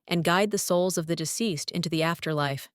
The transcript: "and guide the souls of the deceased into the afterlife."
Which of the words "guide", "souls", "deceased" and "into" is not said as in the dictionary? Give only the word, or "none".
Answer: none